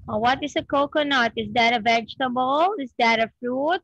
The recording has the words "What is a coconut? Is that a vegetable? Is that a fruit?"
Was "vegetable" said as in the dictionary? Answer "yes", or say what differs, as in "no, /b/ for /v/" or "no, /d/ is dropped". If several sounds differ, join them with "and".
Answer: yes